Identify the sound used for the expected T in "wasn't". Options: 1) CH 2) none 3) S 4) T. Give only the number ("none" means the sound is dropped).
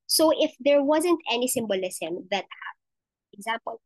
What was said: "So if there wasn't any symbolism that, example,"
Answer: 4